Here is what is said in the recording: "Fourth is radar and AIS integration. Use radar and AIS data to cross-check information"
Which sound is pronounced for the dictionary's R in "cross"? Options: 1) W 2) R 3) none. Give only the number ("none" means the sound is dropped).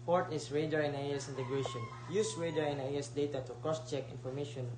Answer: 3